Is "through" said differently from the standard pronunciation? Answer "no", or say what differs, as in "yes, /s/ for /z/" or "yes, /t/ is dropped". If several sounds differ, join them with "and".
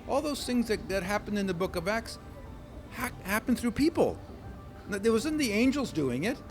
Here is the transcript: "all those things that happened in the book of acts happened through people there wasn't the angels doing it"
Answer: no